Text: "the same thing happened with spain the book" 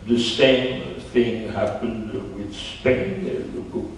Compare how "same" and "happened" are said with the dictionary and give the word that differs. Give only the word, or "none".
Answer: none